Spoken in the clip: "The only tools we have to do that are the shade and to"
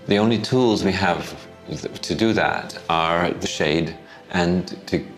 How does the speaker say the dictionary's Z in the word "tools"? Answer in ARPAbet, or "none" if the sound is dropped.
Z